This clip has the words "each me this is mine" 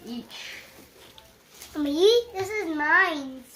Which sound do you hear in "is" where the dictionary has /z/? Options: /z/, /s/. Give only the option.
/z/